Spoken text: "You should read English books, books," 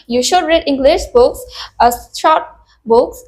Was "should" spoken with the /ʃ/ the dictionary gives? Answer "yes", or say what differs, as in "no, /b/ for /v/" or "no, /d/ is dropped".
yes